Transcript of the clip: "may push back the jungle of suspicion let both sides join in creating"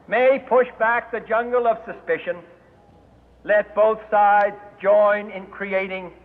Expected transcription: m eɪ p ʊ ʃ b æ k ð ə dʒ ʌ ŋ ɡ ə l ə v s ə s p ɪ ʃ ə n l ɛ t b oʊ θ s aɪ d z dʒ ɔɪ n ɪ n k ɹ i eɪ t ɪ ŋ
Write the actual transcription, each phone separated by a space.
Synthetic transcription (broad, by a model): m eɪ p ʊ ʃ b æ k ð ə dʒ ʌ ŋ ɡ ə l ə v s ə s p ɪ ʃ ə n l ɛ t b oʊ θ s aɪ d z dʒ ɔɪ n ɪ n k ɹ i eɪ t ɪ ŋ